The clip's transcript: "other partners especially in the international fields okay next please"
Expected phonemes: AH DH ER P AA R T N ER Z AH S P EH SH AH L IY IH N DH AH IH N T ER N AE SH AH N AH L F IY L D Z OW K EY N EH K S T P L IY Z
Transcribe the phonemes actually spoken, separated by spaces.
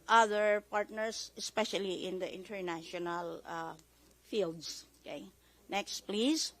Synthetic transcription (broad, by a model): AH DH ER P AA R T N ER S AH S P EH SH AH L IY IH N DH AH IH N T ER N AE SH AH N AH L F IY L D S OW K EY N EH K S T P L IY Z